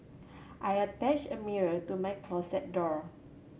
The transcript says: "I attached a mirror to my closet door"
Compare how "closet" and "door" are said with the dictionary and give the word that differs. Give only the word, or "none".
closet